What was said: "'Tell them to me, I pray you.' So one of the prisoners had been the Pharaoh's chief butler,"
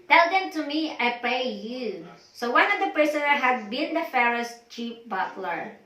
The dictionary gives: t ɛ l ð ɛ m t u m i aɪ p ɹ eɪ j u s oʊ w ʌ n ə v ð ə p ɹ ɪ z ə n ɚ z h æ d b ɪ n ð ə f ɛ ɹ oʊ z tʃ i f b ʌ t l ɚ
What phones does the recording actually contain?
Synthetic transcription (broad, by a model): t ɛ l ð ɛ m t u m i aɪ p ɹ eɪ j u s oʊ w ʌ n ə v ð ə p ɹ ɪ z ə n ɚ h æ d b ɪ n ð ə f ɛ ɹ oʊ s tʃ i p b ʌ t l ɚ